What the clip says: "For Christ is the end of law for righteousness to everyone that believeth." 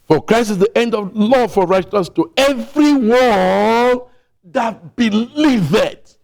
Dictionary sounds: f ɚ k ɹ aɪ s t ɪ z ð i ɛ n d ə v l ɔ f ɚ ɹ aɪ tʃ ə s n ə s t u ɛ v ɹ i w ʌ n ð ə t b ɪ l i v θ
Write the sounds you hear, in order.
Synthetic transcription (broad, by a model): f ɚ k ɹ aɪ s t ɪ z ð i ɛ n d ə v l ɔ f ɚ ɹ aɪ ə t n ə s t u ɛ v ɹ i w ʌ l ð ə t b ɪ l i v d